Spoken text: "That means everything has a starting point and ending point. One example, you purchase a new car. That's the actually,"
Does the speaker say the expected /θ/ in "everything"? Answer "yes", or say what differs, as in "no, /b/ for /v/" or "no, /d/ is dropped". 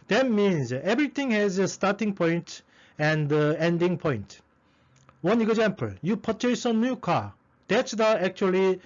no, /t/ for /θ/